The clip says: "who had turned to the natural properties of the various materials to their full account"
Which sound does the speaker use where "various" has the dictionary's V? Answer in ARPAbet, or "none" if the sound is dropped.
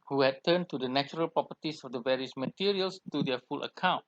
V